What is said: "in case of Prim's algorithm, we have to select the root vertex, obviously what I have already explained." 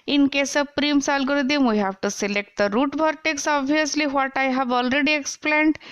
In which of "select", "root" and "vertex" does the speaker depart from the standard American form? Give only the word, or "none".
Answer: vertex